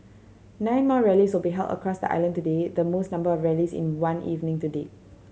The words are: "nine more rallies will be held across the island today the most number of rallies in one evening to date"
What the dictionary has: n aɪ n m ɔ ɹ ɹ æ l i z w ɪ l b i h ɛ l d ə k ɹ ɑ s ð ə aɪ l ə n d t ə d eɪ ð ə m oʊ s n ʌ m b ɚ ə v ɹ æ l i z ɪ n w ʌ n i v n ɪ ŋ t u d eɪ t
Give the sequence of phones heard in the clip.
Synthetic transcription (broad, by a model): n aɪ n m ɔ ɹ ɹ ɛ l i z w ɪ l b i h ɛ l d ə k ɹ ɑ s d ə aɪ l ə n t ə d eɪ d ə m oʊ s n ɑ m b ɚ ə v ɹ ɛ l i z ɪ n w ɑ n i v n ɪ ŋ t u d eɪ